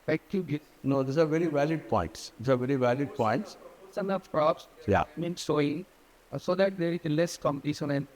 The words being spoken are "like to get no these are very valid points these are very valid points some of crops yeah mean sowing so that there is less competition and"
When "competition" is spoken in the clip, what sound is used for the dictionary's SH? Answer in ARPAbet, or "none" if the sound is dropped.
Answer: S